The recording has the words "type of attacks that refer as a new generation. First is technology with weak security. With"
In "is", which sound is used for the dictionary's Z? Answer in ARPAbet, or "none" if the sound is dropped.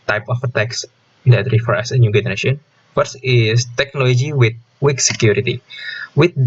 S